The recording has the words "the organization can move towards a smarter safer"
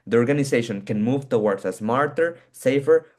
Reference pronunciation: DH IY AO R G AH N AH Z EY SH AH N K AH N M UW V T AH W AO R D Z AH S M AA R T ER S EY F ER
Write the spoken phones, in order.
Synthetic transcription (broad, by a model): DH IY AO R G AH N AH S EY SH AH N K AH N M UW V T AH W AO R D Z AH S M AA R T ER S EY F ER